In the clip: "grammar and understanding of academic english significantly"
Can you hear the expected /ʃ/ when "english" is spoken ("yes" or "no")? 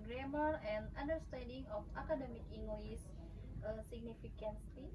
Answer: no